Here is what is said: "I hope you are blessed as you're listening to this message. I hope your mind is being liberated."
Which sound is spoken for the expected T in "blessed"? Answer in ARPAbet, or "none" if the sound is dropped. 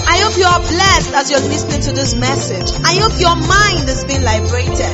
T